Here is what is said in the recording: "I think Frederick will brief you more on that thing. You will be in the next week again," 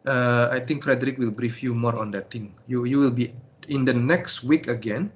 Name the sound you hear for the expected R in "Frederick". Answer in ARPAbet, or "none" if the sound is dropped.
R